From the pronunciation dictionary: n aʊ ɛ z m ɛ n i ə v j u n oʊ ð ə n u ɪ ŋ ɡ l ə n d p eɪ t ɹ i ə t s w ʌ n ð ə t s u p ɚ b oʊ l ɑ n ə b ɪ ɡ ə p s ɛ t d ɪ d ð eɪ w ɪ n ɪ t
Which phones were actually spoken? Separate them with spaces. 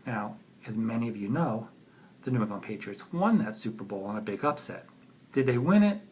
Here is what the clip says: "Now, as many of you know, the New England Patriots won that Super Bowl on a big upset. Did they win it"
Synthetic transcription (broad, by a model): n aʊ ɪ z m ɛ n i ə v j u n oʊ ð ə n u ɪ ɡ ə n p eɪ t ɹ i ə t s w ʌ n ð ə t s u p ɚ b oʊ l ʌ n ə b ɪ ɡ ə p s ɛ t d ɪ d ð eɪ w ɪ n ɪ t